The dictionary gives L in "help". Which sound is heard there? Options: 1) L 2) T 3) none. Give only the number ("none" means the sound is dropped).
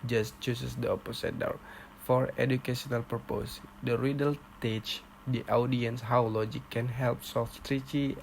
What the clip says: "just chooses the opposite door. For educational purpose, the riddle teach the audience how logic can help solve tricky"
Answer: 1